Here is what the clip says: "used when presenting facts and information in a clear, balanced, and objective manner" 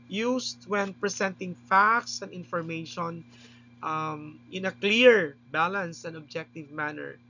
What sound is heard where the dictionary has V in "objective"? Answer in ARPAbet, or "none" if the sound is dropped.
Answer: V